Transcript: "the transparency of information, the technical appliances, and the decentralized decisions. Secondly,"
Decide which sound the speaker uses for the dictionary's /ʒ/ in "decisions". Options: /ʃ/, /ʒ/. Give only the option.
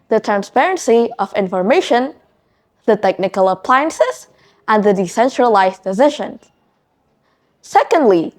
/ʃ/